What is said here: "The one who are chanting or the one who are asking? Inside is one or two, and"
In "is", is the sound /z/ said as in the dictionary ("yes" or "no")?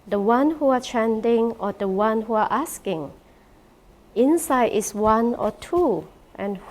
no